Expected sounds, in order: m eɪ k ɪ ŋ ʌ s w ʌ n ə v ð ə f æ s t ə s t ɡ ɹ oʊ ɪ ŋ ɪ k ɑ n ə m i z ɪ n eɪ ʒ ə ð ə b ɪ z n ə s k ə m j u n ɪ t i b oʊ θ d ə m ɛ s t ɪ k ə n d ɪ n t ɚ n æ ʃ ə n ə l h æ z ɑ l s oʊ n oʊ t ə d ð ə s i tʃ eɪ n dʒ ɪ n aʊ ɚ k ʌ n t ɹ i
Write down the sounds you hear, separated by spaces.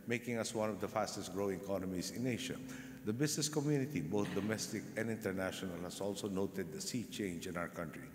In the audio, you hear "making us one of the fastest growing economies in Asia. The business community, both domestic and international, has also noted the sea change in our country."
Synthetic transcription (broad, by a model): m eɪ k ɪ ŋ ʌ s w ʌ n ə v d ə f æ s t ə s t ɡ ɹ oʊ ɪ ŋ k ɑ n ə m i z ɪ n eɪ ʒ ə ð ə b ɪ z n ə s k ə m j u n ɪ t i b oʊ t d ə m ɛ s t ɪ k ə n d ɪ n t ɚ n æ ʃ ə n ə l h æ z ɑ l s oʊ n oʊ t ə d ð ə s i tʃ eɪ n dʒ ɪ n aʊ ɚ k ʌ n t ɹ i